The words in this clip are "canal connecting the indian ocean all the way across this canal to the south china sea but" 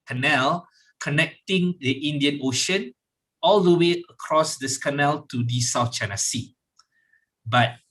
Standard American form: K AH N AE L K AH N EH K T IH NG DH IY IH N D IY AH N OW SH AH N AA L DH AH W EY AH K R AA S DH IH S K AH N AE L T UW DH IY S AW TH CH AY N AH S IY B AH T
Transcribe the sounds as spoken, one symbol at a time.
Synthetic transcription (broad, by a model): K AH N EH L K AH N EH K T IH NG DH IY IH N D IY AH N OW SH AH N AA L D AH W EY AH K R AA S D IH S K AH N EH L T UW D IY S AW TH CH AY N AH S IY B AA T